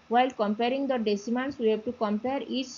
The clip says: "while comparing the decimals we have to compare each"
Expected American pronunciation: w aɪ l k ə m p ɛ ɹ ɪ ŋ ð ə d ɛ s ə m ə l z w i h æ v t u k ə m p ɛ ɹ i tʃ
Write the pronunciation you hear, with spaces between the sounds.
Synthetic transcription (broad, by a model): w aɪ l k ə m p ɛ ɹ ɪ ŋ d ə d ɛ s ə m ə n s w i h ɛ b t u k ə m p ɛ ɹ i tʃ